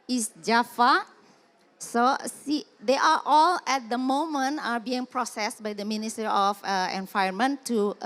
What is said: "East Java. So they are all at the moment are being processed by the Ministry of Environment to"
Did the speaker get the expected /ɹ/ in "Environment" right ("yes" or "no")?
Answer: no